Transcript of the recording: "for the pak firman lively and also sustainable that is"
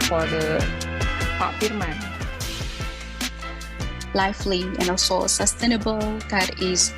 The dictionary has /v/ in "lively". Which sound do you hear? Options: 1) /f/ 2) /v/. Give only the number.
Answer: 1